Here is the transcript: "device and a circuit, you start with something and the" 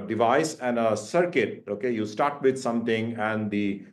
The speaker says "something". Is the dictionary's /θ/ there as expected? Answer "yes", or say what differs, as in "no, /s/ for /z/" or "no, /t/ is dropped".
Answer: no, /t/ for /θ/